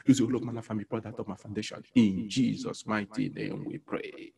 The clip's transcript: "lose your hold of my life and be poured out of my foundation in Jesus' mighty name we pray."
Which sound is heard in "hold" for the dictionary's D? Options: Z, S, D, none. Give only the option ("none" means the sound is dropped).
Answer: none